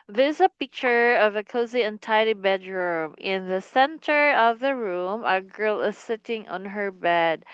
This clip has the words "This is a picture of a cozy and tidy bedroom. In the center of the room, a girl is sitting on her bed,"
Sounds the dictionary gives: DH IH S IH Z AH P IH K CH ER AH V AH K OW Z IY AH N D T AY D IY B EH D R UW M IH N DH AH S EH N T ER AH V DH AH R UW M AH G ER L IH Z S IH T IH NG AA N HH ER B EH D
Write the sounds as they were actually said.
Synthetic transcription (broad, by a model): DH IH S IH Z AH P IH K CH ER AH V AH K OW Z IY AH N T AY D IY B EH D R UW M IH N DH AH S EH N T ER AH V DH AH R UW M AH G ER L IH Z S IH T IH NG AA N HH ER B EH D